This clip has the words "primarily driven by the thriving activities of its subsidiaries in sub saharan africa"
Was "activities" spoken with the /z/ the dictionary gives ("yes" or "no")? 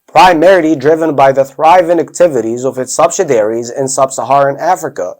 yes